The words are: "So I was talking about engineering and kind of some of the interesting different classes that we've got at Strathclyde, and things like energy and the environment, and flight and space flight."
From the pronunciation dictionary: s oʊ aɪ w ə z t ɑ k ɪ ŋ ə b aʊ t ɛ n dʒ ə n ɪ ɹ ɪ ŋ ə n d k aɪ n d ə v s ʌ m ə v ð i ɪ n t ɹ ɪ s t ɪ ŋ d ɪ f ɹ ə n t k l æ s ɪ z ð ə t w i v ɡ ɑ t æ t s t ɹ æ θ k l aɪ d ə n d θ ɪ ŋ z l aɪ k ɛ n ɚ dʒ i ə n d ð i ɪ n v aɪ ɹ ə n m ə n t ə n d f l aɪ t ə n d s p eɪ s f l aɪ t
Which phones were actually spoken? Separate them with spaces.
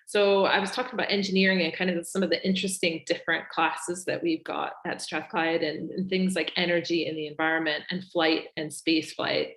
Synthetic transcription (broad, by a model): s oʊ aɪ w ə z t ɑ k ɪ ŋ ə b aʊ t ɛ n dʒ ə n ɪ ɹ ɪ ŋ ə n k aɪ n d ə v s ʌ m ə v ð i ɪ n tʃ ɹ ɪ s t ɪ ŋ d ɪ f ɹ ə n k l æ s ɪ z ð ə t w i v ɡ ɑ t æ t s t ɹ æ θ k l aɪ d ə n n θ ɪ ŋ z l aɪ k ɛ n ɚ dʒ i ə n ð i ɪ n v aɪ ɹ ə n m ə n t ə n f l aɪ t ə n s p eɪ s f l aɪ t